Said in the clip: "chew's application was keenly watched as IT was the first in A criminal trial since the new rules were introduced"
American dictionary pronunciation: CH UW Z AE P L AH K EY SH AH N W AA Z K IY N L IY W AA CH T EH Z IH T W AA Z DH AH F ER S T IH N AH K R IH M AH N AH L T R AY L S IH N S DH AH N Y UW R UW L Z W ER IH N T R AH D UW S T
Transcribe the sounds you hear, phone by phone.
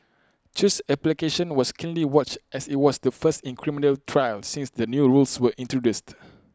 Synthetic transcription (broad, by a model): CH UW S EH P L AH K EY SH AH N W AA S K IY N L IY W AA CH T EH S IH T W AA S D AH F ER S T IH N K R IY M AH N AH L T R AY L S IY N S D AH N Y UW R UW L S W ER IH N T R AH D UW S T